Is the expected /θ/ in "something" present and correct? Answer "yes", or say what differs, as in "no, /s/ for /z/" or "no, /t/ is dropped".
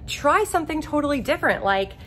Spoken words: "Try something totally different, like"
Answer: yes